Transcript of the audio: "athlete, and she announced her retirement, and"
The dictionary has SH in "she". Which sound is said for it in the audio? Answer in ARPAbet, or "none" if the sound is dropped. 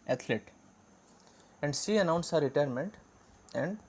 S